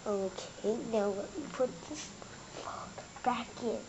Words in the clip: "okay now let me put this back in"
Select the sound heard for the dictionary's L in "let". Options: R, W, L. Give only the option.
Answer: W